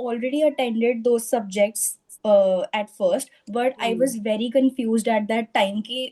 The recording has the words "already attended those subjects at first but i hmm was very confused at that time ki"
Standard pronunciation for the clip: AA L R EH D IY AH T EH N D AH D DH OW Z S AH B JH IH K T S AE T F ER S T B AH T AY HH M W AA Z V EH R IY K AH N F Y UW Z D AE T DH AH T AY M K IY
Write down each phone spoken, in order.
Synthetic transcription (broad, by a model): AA L R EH D IY AH T EH N D AH D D OW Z S AH B JH IH K T S AE T F ER S T B AH T AY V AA Z V EH R IY K AH N F Y UW Z D AE T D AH T AY M K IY